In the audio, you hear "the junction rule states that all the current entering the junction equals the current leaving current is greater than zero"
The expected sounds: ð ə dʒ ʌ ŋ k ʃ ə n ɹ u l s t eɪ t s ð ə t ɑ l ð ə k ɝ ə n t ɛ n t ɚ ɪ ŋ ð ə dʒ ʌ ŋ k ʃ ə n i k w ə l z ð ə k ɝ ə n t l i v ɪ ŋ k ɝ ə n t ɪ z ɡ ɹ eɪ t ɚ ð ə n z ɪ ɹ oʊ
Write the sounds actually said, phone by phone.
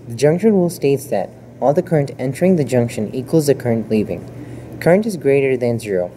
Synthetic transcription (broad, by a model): ð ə dʒ ʌ ŋ k ʃ ə n w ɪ l s t eɪ t s ð ə t ɑ l ð ə k ɝ ə n t ɛ n t ɚ ɪ ŋ ð ə dʒ ʌ ŋ k ʃ ə n i k w ə l z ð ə k ɝ ə n t l i v ɪ ŋ k ɝ ə n t ɪ z ɡ ɹ eɪ t ɚ ð ə n z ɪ ɹ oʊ